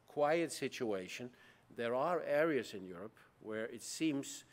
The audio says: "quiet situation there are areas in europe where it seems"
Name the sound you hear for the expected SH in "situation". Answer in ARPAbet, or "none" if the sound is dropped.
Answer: SH